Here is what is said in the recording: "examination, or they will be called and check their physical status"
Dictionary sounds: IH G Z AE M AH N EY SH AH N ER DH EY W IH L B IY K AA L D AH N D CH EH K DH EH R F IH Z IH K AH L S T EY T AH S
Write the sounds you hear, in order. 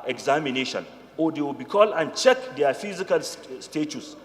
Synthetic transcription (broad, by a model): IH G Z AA M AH N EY SH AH N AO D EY W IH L B IY K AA L AH N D CH EH K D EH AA F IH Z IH K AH L S T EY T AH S